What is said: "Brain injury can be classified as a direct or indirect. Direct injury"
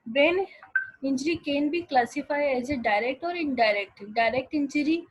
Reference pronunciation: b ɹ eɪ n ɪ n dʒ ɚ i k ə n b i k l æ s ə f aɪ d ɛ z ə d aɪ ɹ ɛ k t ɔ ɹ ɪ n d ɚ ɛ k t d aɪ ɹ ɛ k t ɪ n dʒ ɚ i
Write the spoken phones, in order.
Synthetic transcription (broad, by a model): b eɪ n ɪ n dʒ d i k ə n b i k l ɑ s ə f aɪ ɛ z ə d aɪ ɹ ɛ k t ɔ ɹ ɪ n d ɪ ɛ k t d aɪ ɹ ɛ k t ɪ n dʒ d i